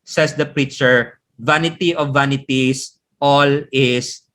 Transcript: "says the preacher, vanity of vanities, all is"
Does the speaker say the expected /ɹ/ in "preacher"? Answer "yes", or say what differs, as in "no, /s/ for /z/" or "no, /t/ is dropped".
yes